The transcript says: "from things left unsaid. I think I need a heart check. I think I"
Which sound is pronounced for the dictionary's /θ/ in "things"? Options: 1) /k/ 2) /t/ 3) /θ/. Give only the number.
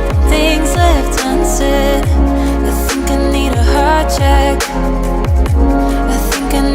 3